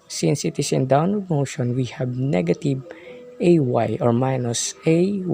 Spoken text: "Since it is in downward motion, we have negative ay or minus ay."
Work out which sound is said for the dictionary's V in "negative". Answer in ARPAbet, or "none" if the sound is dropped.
W